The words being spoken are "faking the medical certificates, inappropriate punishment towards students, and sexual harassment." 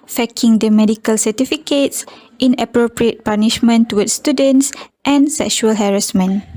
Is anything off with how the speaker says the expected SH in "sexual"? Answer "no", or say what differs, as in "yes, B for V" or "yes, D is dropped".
no